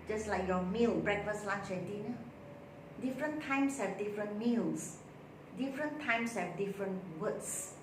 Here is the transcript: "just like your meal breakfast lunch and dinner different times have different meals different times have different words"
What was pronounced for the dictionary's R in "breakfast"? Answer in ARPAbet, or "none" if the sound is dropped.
R